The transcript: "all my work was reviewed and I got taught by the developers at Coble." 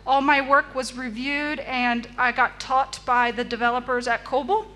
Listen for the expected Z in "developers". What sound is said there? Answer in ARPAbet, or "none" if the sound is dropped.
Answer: Z